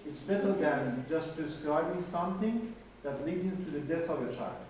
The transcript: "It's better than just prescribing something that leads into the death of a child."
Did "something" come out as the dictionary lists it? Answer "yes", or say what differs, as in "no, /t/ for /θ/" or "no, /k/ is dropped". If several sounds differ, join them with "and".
yes